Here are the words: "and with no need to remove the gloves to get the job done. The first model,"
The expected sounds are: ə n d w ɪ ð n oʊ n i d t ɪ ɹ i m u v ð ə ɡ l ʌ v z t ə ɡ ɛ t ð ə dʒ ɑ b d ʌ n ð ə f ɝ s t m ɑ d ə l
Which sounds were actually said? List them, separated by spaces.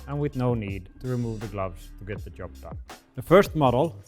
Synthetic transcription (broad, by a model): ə n w ɪ ð n oʊ n i d t ɪ ɹ i m u v ð ə ɡ l ʌ v z t ə ɡ ɛ t ð ə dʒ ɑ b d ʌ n ð ə f ɝ s t m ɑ d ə l